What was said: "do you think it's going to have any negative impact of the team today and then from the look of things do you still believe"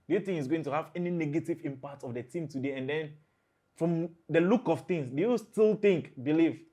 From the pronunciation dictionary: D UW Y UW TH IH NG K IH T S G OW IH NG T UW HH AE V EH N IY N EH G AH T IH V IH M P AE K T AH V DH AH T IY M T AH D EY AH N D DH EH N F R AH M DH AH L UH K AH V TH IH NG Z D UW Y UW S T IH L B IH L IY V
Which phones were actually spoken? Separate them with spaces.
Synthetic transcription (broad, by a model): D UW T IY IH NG IH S G OW IH NG T UW HH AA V EH N IY N EH G AH T IH V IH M P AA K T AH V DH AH T IY M T AH D EY AH N D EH N F R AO M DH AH L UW K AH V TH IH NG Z D UW Y UW S T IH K B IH L IY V